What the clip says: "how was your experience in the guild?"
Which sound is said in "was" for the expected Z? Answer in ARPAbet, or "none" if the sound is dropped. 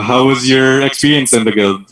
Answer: Z